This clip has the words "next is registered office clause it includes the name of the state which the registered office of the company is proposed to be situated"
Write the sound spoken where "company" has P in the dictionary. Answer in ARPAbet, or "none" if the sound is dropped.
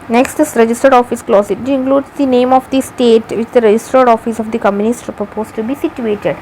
none